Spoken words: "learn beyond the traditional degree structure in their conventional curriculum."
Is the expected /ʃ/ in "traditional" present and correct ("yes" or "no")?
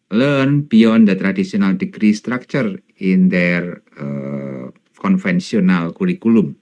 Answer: no